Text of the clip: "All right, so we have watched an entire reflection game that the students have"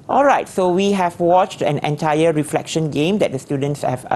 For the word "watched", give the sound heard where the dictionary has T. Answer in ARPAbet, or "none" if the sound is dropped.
T